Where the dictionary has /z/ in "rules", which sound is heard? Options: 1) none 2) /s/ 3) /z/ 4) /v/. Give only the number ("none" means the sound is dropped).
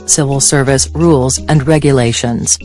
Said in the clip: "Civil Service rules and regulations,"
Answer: 3